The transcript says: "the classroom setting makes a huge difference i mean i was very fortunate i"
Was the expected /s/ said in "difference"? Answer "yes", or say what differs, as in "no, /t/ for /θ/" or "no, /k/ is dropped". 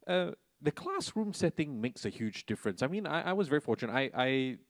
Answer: yes